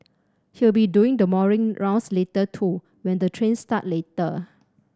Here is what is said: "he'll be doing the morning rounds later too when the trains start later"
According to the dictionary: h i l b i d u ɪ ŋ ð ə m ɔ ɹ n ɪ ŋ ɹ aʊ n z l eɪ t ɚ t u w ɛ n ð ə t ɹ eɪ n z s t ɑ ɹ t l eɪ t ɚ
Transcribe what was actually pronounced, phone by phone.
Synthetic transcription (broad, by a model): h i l b i d u ɪ ŋ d ə m ɔ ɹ ɪ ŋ ɹ aʊ n s l eɪ t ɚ t u w ɛ n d ə t ɹ eɪ n s t ɑ t l eɪ t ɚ